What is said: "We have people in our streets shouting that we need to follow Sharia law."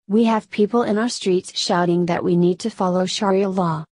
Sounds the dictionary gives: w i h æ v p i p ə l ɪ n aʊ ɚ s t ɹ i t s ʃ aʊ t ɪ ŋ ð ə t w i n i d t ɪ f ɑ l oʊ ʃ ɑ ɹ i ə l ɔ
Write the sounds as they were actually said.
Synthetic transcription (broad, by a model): w i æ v p i p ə l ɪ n aʊ ɚ s t ɹ i t s ʃ aʊ t ɪ ŋ ð ə t w i n i d t ɪ f ɑ l oʊ ʃ ɑ ɹ i ə l ɔ